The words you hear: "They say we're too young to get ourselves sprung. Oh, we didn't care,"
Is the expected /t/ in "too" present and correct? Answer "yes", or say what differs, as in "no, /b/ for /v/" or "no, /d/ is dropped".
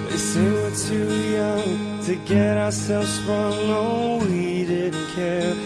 yes